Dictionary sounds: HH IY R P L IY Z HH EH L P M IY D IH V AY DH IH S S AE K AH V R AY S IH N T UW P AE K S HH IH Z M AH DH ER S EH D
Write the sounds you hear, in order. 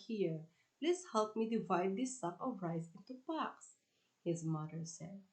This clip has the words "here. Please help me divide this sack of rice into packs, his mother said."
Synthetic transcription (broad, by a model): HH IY R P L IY S HH EH L P M IY D IH V AY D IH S S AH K AH V R AY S IH N T UW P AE K S HH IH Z M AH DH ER S EH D